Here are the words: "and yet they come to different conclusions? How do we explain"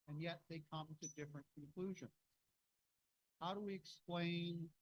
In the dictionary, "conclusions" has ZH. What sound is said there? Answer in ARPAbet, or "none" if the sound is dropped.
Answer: ZH